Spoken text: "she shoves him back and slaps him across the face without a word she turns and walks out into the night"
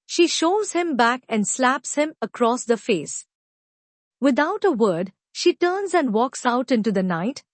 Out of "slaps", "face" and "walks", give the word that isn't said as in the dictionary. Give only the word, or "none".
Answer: none